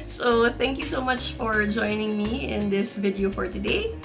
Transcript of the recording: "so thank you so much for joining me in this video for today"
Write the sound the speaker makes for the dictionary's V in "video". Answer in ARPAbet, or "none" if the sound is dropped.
V